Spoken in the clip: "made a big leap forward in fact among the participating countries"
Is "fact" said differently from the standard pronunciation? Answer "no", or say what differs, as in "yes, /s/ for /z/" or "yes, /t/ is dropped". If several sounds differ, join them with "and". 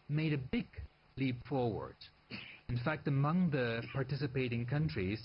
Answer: no